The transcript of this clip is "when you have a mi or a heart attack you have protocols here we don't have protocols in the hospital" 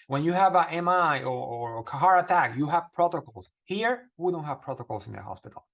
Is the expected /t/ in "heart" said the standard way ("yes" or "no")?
no